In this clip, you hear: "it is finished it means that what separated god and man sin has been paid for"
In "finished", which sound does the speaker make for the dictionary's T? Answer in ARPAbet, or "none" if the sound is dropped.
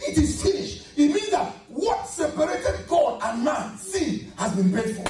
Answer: none